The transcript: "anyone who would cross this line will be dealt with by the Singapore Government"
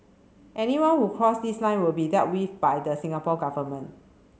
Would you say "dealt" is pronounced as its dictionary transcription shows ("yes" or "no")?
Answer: no